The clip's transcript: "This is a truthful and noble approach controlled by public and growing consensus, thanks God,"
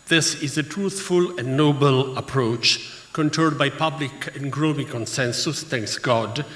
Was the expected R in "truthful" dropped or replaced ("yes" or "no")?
no